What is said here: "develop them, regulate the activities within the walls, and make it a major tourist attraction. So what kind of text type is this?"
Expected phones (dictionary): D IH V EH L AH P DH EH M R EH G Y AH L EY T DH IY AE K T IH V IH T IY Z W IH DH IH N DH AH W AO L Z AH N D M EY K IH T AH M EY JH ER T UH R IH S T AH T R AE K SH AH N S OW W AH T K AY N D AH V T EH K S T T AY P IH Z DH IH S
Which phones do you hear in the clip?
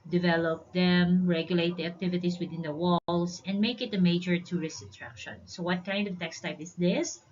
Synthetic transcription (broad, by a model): D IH V EH L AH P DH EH M R EH G Y AH L EY T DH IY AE K T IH V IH T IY S W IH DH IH N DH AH W AO L S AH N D M EY K IH T AH M EY JH ER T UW R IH S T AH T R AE K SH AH N S OW W AH T K AY N D AH V T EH K S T T AY P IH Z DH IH S